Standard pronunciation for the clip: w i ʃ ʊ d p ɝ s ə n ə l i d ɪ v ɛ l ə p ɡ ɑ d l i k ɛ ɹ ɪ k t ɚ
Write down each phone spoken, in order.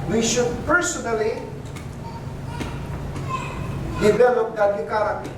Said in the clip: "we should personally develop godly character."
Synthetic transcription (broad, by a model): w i ʃ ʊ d p ɝ s ə n ə l i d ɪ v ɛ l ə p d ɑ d i k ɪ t